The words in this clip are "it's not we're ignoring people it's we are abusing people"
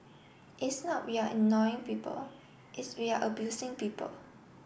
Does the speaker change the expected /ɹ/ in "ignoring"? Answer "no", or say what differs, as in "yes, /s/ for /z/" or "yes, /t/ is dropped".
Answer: yes, /ɹ/ is dropped